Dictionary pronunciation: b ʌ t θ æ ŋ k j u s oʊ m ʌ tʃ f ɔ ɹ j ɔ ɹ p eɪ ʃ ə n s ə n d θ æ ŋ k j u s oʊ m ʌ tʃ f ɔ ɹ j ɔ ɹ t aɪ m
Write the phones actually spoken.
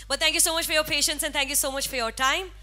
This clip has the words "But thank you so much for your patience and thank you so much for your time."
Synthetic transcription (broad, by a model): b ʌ t t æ ŋ k j u s oʊ m ʌ tʃ f ɔ ɹ j ɔ ɹ p eɪ ʃ ə n s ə n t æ ŋ k j u s oʊ m ʌ tʃ f ɔ ɹ j ɔ ɹ t aɪ m